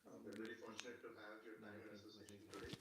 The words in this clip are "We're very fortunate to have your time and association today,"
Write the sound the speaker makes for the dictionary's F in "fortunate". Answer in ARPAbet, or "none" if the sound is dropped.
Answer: F